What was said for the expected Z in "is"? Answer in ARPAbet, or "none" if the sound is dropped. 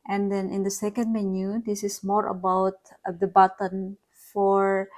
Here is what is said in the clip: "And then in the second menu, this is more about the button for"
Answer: S